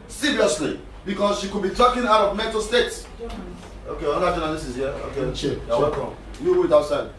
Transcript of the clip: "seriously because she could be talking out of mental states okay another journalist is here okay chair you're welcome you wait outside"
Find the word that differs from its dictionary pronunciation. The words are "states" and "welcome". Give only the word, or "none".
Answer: welcome